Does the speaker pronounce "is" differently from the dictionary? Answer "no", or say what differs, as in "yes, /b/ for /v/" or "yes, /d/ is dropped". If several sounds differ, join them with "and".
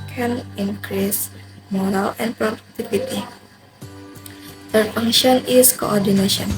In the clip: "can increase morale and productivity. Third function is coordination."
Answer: yes, /s/ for /z/